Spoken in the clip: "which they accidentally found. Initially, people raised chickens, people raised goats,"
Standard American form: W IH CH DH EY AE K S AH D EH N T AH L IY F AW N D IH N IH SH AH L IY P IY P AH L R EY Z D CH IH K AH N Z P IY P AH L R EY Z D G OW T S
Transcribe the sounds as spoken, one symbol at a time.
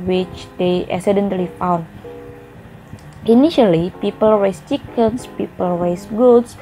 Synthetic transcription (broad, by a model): W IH CH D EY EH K S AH D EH N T L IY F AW N IH N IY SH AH L IY P IY P AH L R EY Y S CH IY K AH N S P IY P AH L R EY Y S G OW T S